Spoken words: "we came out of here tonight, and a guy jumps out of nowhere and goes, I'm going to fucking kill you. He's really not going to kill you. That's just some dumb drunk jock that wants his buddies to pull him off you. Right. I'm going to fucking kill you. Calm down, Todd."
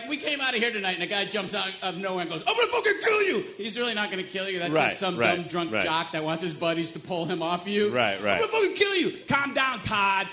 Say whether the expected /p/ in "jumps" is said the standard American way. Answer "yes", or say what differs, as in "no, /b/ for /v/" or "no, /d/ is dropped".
yes